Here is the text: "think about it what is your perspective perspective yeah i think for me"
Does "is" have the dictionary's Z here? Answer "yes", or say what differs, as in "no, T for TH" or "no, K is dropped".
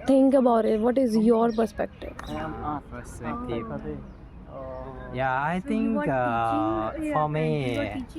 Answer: yes